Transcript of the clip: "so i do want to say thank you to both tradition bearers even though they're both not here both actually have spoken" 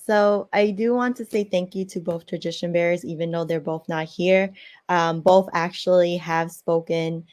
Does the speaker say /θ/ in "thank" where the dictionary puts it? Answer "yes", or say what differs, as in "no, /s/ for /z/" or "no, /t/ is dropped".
yes